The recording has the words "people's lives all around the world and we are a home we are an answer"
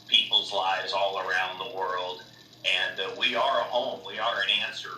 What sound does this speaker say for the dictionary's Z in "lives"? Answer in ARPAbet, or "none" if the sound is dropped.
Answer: Z